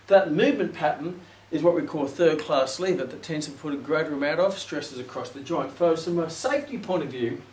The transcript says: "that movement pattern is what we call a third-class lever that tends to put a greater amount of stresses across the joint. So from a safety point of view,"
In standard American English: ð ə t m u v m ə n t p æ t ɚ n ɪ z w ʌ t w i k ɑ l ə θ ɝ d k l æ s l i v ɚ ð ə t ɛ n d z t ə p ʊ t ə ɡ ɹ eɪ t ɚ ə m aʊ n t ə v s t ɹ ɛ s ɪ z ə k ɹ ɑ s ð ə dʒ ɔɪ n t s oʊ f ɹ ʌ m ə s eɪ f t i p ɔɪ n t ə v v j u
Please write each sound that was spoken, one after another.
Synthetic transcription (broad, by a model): ð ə t m u v m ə n p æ t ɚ n ɪ z w ʌ t w i k ɑ l θ ɝ d k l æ s l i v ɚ ð ə t ɛ n d z t ə p ʊ t ə ɡ ɹ eɪ t ɚ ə m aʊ t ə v s t ɹ ɛ s ɪ z ə k ɹ ɑ s ð ə dʒ ɔɪ n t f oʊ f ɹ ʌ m ə s eɪ f t i p ɔɪ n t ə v v j u